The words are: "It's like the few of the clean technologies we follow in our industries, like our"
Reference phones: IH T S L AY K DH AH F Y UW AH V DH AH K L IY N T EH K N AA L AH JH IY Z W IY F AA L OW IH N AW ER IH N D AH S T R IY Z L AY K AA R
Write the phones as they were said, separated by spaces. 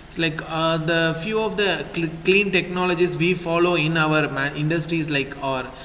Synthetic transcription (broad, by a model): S L AY K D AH F Y UW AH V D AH K L IY N T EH K N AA L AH JH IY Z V IY F AA L OW IH N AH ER IH N D AH S T R IY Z L AY K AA R